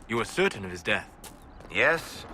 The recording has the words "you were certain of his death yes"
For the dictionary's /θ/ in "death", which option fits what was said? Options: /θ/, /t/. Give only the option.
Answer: /θ/